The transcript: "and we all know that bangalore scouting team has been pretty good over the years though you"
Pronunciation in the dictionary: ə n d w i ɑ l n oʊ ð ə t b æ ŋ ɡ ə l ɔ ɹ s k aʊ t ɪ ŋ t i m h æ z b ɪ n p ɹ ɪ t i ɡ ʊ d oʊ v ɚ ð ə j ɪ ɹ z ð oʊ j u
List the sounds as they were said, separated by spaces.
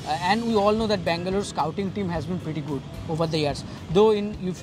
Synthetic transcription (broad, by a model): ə n d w i ɑ l n oʊ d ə t b æ ŋ ɡ ə l ɔ ɹ s k aʊ t ɪ ŋ t i m h æ z b ɪ n p ɹ ɪ t i ɡ ʊ d oʊ v ɚ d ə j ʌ ɹ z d oʊ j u